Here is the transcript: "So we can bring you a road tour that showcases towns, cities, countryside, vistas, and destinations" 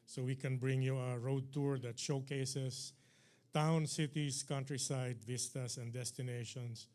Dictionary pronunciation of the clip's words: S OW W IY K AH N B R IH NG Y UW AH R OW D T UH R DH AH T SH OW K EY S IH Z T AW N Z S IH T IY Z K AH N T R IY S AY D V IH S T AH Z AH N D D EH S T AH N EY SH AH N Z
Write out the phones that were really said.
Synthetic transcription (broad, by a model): S OW W IY K AH N B R IH NG Y UW AH R OW D T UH R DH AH T SH OW K EY S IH S T AW N S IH T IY S K AH N T R IY S AY D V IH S T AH S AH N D D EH S T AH N EY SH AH N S